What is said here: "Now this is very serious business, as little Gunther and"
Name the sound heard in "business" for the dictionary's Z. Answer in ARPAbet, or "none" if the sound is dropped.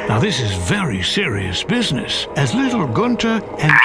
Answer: Z